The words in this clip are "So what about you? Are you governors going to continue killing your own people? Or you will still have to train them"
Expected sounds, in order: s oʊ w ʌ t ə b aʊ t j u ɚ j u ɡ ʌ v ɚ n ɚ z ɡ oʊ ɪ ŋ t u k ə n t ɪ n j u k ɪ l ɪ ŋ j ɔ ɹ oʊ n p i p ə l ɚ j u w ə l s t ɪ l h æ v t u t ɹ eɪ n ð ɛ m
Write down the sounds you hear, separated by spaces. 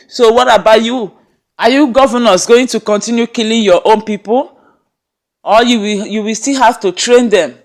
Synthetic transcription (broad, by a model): s oʊ w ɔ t ə b aʊ t j u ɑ j u ɡ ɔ v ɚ n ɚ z ɡ oʊ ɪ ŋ t u k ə n t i n j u k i l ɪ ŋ j ɔ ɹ oʊ n p i p ə l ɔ j u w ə w s t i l h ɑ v t u t ɹ eɪ n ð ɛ m